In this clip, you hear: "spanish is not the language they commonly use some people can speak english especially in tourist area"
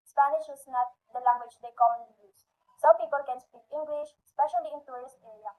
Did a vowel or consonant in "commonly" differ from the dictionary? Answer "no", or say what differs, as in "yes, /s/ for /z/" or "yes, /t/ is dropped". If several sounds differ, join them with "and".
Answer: yes, /l/ is dropped